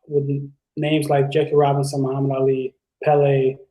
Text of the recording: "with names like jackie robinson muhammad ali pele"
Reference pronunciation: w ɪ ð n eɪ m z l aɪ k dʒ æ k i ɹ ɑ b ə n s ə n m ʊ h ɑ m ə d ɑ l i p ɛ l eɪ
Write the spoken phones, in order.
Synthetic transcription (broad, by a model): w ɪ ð n eɪ m z l aɪ k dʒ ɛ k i ɹ ɑ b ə n s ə n m ʊ h ɑ m ə d ɑ l i p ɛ l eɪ